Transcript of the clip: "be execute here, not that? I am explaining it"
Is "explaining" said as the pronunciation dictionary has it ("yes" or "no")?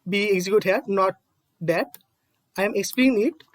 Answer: no